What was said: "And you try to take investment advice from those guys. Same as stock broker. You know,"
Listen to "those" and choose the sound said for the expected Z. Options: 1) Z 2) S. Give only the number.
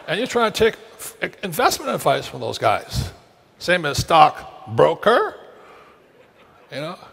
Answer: 1